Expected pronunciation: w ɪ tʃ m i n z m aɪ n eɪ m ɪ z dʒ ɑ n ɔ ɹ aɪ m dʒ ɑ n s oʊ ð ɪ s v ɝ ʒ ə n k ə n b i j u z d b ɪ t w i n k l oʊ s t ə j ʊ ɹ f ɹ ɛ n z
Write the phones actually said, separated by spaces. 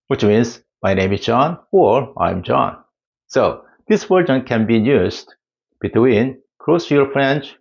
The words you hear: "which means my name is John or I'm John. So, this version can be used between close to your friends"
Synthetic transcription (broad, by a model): w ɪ tʃ m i n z m aɪ n eɪ m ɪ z dʒ ɑ n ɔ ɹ aɪ m dʒ ɑ n s oʊ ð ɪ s w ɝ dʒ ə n k ə n b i j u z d b ɪ t w i n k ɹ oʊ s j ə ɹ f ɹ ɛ n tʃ